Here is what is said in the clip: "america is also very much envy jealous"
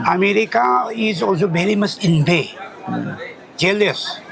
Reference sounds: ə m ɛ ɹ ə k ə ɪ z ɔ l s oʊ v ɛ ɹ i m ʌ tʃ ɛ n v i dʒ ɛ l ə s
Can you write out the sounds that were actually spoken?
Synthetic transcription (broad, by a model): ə m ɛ ɹ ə k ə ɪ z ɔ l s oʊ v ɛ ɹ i m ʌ s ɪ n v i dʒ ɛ l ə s